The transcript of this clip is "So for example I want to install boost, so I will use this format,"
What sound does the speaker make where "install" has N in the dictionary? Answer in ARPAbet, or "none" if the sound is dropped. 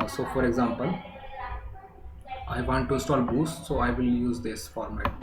none